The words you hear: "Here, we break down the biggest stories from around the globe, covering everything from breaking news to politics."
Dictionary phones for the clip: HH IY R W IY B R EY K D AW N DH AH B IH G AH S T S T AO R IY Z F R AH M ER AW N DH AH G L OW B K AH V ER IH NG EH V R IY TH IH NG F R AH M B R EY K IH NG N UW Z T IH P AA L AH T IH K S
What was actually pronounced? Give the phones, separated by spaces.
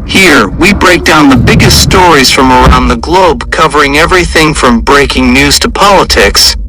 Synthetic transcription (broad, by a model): HH IY R W IY B R EY K D AW N DH AH B IH G AH S T S T AO R IY Z F R AH M ER AW N DH AH G L OW B K AH V ER IH NG EH V R IY TH IH NG F R AH M B R EY K IH NG N UW Z T IH P AA L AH T IH K S